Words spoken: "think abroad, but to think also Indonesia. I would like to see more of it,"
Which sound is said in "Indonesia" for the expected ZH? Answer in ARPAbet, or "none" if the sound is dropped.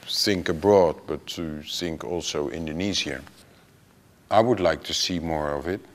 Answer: Z